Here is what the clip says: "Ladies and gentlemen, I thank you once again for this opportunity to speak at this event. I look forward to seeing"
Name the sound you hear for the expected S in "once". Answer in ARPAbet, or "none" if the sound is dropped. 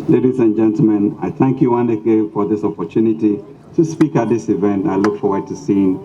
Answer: none